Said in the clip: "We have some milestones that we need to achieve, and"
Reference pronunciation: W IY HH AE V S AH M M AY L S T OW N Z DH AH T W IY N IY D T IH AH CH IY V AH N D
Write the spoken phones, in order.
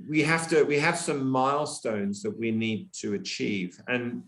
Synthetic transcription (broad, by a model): W IY HH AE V S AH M M AY L S T OW N Z DH AH T W IY N IY D T IH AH CH IY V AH N